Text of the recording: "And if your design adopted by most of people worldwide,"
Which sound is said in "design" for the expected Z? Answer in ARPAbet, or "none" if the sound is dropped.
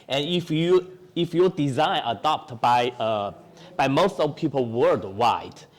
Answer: Z